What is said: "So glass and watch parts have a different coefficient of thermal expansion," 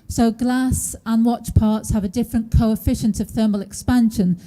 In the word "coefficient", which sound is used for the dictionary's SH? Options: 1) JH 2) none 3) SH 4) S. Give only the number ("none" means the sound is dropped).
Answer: 3